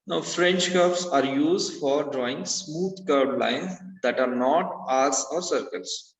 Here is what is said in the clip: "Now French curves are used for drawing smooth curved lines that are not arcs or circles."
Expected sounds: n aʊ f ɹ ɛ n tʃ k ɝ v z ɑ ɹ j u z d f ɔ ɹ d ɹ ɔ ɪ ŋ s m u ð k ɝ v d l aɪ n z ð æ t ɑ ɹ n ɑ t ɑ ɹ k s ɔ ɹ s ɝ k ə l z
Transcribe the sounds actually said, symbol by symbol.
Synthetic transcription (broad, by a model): n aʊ f ɹ ɛ n tʃ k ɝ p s ɑ ɹ j u z d f ɔ ɹ d ɹ ɔ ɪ ŋ s m u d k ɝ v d l aɪ n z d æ t ɑ ɹ n ɑ t ɑ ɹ s ɔ ɹ s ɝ k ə l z